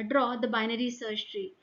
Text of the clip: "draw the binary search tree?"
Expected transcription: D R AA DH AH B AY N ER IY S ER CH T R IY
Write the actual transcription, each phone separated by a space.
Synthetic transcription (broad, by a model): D R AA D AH B AY N ER IY S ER SH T R IY